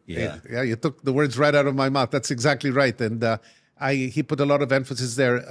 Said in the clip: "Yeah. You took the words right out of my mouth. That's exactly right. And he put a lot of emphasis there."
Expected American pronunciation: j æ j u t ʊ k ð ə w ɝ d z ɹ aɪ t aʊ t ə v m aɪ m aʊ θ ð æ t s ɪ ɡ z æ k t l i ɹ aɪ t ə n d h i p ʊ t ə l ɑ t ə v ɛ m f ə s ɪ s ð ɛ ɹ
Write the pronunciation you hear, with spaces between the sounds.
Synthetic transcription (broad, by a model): j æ j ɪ t ʊ k ð ə w ɝ d z ɹ aɪ t aʊ t ə v m aɪ m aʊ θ ð æ t s ɪ ɡ z æ k t l i ɹ aɪ t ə n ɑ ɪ i p ʊ t ə l ɑ t ə v ɛ m f ə s ɪ s ð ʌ ɹ